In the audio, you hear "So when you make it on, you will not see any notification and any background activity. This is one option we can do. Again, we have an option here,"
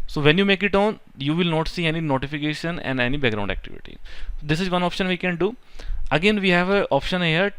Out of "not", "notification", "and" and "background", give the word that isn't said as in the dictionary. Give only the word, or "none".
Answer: background